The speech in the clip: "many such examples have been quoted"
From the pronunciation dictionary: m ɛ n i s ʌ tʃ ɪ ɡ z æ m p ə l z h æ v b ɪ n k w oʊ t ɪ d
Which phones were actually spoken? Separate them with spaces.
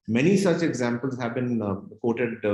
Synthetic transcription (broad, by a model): m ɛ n i s ʌ tʃ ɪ ɡ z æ m p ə l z h æ v b ɪ n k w oʊ t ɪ d